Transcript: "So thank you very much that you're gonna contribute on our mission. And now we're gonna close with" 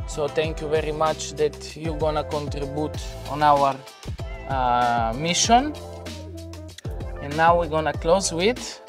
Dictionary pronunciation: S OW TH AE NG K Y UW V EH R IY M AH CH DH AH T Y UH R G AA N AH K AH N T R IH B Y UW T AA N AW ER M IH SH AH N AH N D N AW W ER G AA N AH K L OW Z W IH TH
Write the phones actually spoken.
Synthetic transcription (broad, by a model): S OW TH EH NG K Y UW V EH R IY M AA CH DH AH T Y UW G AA N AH K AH N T R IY B Y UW T AA N AW ER M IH SH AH N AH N N AW W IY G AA N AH K L OW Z W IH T